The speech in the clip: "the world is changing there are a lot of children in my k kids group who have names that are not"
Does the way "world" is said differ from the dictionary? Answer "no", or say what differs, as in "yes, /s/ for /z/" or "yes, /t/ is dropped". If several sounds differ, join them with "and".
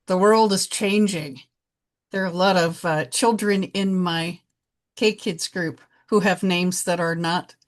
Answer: no